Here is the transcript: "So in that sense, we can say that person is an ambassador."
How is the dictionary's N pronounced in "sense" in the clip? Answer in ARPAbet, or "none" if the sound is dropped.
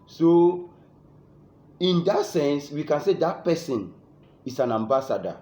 N